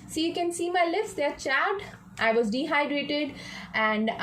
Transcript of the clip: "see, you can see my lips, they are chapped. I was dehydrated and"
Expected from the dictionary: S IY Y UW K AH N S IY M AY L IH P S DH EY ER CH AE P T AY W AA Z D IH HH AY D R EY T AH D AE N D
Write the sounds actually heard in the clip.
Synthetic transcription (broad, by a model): S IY Y UW K AH N S IY M AY L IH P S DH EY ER CH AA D T AY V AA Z D IH HH AY D R EY T AH D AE N D